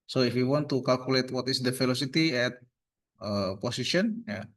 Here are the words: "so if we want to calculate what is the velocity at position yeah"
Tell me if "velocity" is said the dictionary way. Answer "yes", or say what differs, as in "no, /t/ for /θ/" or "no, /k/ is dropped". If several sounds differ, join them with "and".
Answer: no, /f/ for /v/